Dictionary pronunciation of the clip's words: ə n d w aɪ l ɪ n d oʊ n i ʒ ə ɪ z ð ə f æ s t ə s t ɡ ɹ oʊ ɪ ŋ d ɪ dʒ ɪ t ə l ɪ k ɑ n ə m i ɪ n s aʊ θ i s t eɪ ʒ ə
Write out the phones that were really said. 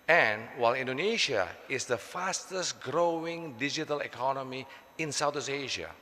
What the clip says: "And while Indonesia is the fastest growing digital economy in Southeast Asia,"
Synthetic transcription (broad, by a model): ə n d w aɪ l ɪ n d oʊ n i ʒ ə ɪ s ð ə f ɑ s t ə s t ɡ ɹ oʊ ɪ ŋ d ɪ dʒ ɪ t ə l ɪ k ɑ n ə m i ɪ n s aʊ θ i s eɪ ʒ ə